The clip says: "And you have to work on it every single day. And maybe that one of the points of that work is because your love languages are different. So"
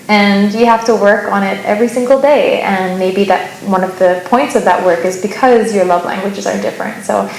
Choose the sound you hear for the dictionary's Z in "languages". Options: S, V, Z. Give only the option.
Z